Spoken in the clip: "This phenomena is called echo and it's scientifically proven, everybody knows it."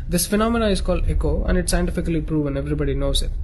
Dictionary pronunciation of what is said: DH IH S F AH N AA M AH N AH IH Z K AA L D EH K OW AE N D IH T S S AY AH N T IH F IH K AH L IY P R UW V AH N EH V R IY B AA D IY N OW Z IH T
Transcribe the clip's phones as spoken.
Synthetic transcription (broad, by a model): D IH S F AH N AA M AH N AH IH Z K AA L D EH K OW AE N D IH T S S AY AH N T IH F IH K AH L IY P R UW V AH N EH V R IY B AA D IY N OW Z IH T